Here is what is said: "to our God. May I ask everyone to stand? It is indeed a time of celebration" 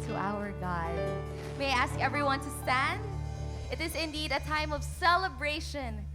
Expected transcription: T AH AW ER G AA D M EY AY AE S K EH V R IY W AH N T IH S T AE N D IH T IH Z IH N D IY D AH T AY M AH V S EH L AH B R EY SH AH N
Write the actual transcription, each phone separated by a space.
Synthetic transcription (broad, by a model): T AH AW ER G AA D M EY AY AE S K EH V R IY W AH N T IH S T AE N D IH T IH Z IH N D IY D AH T AY M AH V S EH L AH B R EY SH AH N